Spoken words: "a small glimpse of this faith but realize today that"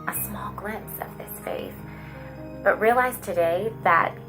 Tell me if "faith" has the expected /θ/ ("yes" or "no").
no